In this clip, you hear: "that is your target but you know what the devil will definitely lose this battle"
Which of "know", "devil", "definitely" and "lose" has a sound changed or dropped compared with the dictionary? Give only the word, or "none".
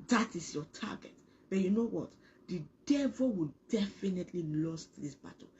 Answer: lose